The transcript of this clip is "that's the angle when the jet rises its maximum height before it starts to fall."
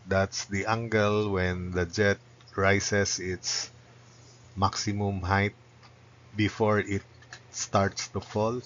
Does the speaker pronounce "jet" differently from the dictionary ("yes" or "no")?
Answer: no